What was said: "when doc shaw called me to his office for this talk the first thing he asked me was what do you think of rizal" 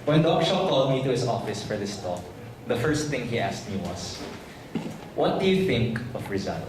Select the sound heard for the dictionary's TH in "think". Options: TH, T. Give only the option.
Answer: TH